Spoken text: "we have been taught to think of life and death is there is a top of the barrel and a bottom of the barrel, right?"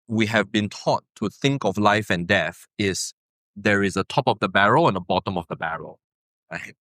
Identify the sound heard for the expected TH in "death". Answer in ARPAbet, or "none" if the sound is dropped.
TH